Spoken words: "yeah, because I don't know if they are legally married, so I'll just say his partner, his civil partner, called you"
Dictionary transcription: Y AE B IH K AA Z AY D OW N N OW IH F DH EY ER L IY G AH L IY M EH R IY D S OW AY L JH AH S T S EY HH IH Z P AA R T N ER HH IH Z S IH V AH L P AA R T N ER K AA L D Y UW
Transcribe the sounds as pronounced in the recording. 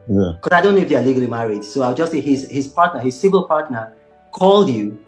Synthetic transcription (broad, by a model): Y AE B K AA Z AY D OW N N OW IH F DH EY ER L IY G AH L IY M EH R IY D S OW AY W JH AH S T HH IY HH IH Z P AA R T N ER HH IH Z S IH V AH L P AA R T N ER K AA L D Y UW